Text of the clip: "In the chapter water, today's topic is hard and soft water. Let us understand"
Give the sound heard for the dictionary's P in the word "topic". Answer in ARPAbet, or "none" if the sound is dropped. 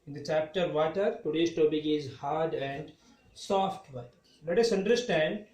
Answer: B